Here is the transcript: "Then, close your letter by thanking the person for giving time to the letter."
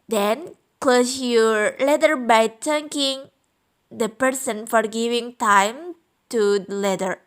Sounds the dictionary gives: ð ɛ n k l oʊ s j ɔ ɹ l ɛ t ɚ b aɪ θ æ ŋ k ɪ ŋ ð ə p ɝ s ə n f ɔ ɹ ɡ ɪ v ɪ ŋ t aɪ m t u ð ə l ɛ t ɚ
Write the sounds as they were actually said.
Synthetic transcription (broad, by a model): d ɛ n k l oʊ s j ɔ ɹ l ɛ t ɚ b aɪ t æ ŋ k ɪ ŋ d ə p ɝ s ə n f ɔ ɹ ɡ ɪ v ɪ ŋ t aɪ m t u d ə l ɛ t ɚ